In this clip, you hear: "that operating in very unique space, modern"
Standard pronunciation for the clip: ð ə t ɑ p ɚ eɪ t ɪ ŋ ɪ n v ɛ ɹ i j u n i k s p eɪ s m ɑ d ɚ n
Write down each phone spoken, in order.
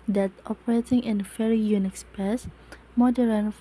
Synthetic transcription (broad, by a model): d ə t ɑ p ɚ eɪ t ɪ ŋ ɪ n f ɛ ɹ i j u n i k s p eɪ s m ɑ d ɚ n